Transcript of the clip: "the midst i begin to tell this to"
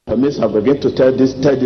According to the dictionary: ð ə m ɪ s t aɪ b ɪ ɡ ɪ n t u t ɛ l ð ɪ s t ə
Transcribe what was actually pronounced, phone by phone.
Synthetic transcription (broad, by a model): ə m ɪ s aɪ b ɪ ɡ ɪ n t u t ɛ l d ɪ s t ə